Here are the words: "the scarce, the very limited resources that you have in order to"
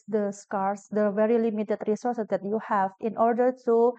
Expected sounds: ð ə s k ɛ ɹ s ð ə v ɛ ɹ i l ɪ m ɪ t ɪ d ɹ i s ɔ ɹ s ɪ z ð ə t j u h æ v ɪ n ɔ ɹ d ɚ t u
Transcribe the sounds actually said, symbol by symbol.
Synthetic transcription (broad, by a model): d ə s k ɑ ɹ s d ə v ɛ ɹ i l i m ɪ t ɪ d ɹ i s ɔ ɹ s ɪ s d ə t j u h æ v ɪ n ɔ ɹ d ɚ t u